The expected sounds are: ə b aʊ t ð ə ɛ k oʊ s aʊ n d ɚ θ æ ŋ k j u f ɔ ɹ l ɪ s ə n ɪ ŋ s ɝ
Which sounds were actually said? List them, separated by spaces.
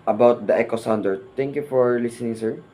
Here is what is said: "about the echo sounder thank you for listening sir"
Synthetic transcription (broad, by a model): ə b aʊ t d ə ɛ k oʊ s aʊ n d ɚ t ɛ ŋ k j u f ɔ ɹ l ɪ s ə n ɪ ŋ s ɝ